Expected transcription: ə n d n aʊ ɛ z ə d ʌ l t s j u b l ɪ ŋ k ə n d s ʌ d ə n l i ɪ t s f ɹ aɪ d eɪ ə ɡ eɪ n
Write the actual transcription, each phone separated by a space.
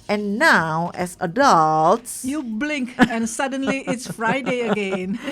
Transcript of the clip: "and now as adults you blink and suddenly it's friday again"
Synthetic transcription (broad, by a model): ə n n aʊ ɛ s ə d ʌ l t s j u b l ɪ ŋ k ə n s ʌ d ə n l i ɪ t s f ɹ aɪ d eɪ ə ɡ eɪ n